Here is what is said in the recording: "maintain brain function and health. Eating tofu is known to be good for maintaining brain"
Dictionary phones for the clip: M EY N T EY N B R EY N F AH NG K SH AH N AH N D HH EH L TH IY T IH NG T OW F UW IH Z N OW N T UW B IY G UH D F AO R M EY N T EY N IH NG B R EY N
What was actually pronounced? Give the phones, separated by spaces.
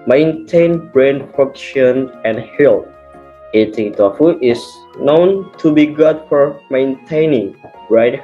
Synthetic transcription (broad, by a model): M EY N T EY N B R EY N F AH K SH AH N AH N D HH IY L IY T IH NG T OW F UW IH S N OW N T UW B IY G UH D F AO R M EY N T EY N IH NG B R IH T